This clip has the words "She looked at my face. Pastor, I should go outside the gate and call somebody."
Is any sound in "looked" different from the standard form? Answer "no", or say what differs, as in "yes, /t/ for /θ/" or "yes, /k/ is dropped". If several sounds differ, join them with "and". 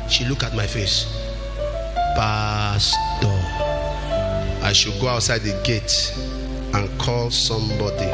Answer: yes, /t/ is dropped